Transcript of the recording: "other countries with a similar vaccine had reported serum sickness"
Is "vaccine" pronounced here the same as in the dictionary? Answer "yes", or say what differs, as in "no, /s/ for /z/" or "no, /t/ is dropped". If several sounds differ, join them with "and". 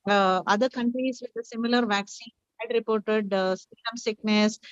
yes